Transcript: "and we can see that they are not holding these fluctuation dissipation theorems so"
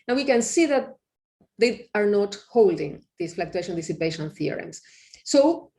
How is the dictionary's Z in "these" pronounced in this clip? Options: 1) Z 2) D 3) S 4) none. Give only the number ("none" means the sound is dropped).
3